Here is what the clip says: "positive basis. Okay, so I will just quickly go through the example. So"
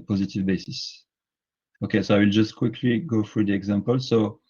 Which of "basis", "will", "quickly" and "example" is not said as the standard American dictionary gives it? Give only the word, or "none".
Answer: none